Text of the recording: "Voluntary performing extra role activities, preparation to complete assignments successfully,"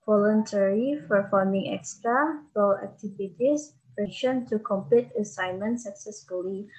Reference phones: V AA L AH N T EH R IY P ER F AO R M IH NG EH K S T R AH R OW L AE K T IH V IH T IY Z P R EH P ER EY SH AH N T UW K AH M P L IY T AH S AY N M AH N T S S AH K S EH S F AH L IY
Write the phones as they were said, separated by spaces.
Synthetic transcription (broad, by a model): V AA L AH N T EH R IY F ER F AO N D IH NG EH K S T R AH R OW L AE K T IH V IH T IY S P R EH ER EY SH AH N T UW K AH M P L IY T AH S AY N M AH N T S S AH K S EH S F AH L IY